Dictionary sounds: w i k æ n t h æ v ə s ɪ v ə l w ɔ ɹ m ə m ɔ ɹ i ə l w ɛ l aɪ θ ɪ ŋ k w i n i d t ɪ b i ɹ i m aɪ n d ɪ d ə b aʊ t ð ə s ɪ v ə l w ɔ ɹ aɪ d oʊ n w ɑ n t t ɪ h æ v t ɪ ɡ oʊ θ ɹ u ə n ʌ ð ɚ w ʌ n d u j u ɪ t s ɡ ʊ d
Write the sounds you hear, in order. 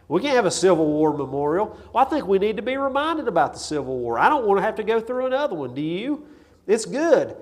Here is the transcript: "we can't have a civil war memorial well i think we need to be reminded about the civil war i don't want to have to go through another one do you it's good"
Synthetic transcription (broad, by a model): w i k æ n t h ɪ v ə s ɪ v l w ɔ ɹ m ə m ɔ ɹ i l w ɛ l aɪ θ ɪ ŋ k w i n i d t ɪ b i ɹ i m aɪ n d ɪ d ə b aʊ t ð ə s ɪ v l w ɔ ɹ aɪ d oʊ n w ɑ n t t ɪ h æ f t ɪ ɡ oʊ θ ɹ u ə n ʌ ð ɚ w ʌ n d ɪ j u ɪ t s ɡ ʊ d